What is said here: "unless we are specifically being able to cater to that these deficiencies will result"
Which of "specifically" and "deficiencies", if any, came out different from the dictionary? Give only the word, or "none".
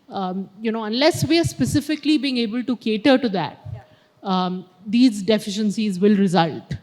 none